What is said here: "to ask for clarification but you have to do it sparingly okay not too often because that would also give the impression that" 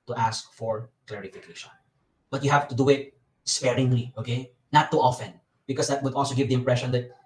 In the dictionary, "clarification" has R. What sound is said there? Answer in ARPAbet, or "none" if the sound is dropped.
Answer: R